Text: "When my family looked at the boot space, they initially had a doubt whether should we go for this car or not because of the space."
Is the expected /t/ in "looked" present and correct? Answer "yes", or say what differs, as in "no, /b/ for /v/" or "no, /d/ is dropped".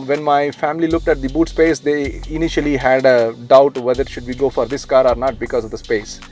yes